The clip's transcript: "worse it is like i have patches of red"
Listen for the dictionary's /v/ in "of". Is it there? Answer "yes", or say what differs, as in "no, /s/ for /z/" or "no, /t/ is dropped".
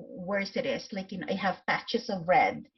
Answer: yes